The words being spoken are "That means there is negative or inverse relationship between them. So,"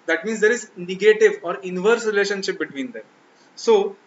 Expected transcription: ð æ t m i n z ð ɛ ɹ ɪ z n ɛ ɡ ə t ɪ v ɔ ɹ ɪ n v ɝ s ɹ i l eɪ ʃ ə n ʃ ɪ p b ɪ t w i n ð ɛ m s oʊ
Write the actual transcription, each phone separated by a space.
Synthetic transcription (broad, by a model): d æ t m i n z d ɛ ɹ ɪ z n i ɡ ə t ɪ v ɔ ɹ ɪ n v ɝ s ɹ i l eɪ ʃ ə n ʃ ɪ p b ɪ t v i n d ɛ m s oʊ